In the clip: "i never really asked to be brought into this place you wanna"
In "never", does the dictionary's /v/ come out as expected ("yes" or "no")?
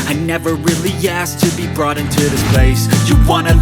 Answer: yes